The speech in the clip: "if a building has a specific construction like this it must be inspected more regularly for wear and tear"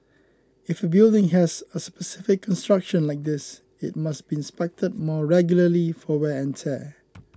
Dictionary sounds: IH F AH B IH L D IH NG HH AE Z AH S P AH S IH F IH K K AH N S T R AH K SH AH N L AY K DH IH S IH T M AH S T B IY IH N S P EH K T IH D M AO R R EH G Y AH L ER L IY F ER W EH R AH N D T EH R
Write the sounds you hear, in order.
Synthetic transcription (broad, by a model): IH F AH B IH L D IH NG HH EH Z AH S P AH S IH F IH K K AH N S T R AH K SH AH N L AY K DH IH S IH T M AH S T B IY IH N S P EH K T IH D M AO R R EH G Y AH L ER L IY F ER W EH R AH N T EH